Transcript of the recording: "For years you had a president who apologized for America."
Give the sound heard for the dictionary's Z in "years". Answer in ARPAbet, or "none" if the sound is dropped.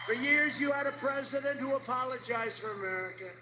Z